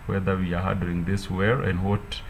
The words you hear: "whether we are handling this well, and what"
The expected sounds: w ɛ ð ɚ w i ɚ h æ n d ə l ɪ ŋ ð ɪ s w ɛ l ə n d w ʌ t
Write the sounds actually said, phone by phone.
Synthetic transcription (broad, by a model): w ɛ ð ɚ w i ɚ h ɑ d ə ɪ ŋ ð ɪ s w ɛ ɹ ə n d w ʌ t